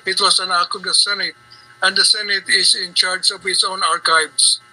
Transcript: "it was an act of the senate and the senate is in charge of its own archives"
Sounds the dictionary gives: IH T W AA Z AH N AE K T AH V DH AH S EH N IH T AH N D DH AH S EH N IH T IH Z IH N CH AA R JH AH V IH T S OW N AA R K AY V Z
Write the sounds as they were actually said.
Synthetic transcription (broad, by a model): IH T W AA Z AH N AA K AH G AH S EH N IH T AH N D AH S EH N IH T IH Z IH N CH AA R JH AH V IH T S OW N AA R K AY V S